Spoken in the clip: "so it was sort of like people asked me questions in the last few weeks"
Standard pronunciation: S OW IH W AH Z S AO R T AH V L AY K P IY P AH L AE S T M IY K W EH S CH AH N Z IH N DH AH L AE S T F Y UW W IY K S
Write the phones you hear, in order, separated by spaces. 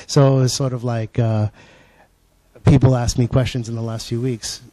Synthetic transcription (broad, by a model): S OW IH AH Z S AO R T AH V L AY K P IY P L AE S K M IY K W EH S CH AH N Z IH N DH AH L AE S T F Y UW W IY K S